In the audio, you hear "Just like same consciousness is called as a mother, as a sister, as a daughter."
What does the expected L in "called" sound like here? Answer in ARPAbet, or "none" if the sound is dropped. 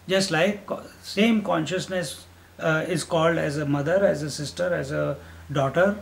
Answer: L